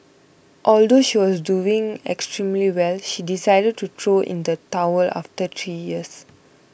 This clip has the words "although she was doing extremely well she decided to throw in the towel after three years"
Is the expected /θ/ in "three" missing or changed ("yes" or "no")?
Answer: yes